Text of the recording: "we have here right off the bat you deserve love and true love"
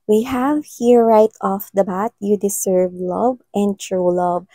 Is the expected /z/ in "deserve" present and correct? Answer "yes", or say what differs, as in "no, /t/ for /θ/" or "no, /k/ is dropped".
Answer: no, /s/ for /z/